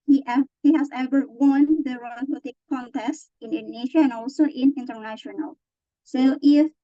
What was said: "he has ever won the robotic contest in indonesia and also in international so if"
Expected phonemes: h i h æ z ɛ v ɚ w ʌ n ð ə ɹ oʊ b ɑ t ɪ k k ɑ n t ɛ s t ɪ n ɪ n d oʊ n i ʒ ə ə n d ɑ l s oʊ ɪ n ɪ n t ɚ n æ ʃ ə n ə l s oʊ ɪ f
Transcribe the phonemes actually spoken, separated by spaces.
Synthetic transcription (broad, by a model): h i h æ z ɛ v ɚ w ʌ n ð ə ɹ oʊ ɑ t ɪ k k ɑ n t ɛ s t ɪ n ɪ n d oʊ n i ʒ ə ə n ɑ l s oʊ ɪ n ɪ n t ɚ n æ ʃ ə n ə l s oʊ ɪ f